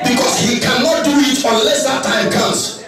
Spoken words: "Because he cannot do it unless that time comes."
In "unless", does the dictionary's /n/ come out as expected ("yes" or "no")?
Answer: yes